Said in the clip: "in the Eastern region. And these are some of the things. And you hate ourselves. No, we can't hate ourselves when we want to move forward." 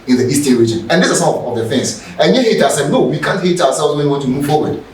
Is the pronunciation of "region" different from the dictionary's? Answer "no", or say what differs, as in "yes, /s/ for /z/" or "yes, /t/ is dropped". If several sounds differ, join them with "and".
no